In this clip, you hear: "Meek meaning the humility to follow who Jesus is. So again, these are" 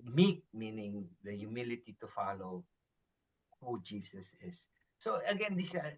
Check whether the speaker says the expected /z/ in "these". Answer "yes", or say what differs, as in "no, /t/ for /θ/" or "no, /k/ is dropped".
no, /s/ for /z/